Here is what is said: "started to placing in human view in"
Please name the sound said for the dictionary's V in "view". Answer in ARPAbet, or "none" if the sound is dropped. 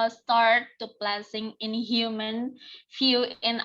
F